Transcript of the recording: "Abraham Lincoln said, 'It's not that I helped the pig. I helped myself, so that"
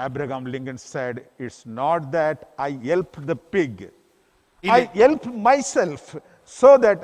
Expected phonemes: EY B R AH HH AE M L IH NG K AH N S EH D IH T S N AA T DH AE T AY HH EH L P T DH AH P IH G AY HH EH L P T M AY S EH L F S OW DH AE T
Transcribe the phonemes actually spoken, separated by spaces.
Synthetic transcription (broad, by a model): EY B R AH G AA M L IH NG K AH N S EH D IH T S N AA T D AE T AY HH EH L P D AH P IH G AY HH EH L P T M AY S EH L F S OW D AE T